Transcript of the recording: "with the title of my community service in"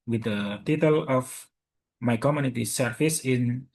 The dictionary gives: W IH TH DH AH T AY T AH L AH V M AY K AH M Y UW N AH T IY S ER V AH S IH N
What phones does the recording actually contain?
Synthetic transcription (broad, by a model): W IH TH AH T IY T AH L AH F M AY K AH M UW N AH T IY S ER F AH S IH N